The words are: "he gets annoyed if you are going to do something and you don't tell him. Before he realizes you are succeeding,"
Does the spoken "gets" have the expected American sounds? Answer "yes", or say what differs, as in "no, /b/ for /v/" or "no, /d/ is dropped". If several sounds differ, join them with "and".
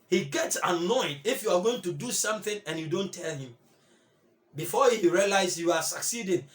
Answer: yes